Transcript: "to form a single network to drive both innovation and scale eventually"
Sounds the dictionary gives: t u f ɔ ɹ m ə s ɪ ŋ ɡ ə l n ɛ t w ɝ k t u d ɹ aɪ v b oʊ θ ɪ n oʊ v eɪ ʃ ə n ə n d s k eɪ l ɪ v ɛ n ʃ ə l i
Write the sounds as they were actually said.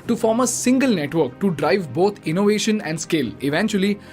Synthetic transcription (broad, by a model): t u f ɔ ɹ m ə s ɪ ŋ ɡ ə l n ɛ t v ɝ k t u d ɹ aɪ v b oʊ t ɪ n oʊ v eɪ ʃ ə n ə n d s k eɪ l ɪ v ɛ n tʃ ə l i